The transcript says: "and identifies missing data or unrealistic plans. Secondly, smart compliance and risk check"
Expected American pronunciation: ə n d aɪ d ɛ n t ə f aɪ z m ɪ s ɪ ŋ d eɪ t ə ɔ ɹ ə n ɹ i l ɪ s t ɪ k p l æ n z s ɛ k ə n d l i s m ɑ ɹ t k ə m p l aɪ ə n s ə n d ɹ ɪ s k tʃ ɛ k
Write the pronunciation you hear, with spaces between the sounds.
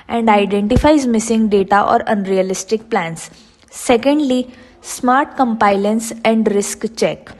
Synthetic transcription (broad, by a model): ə n d aɪ d ɛ n t ə f aɪ z m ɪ s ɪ ŋ d eɪ t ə ɔ ɹ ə n ɹ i l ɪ s t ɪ k p l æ n s ɛ k ə n d l i s m ɑ ɹ t k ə m p aɪ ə n s ə n d ɹ ɪ s k tʃ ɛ k